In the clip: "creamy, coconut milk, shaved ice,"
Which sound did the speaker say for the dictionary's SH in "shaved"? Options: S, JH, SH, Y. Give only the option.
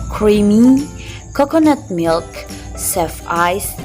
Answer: S